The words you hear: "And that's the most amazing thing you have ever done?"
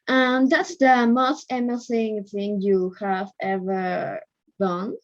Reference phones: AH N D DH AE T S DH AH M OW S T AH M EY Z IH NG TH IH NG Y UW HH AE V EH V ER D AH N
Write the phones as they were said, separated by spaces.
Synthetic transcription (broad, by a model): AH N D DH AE T S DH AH M OW S T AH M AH S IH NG TH IH NG Y UW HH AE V EH V ER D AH N